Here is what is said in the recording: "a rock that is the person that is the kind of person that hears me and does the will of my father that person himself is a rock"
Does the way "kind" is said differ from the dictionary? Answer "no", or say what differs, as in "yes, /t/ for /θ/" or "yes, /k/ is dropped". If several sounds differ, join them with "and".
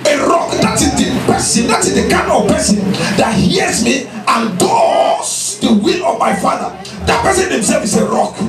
yes, /d/ is dropped